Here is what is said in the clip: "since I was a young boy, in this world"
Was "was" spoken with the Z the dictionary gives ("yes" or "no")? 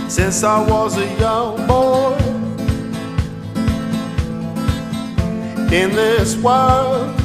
yes